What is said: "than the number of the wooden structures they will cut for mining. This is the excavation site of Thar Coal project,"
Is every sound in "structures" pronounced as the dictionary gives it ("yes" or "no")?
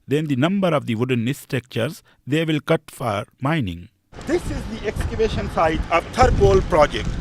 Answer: no